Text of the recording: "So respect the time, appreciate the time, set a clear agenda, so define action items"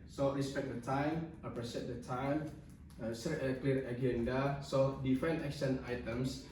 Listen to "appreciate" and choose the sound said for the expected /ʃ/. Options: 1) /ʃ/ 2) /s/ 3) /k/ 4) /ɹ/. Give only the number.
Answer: 2